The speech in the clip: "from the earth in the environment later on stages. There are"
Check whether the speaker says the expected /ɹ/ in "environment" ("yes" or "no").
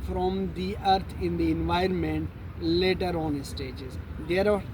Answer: yes